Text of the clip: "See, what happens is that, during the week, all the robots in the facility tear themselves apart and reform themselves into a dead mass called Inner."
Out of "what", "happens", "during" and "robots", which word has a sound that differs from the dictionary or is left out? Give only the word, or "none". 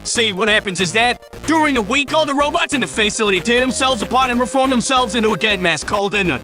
none